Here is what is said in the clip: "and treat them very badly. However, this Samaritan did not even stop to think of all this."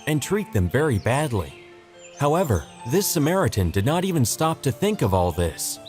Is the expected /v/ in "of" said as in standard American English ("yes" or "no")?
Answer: yes